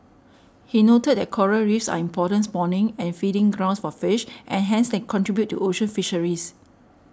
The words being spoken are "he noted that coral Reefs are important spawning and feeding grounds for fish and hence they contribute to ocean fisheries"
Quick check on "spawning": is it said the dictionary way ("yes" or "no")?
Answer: no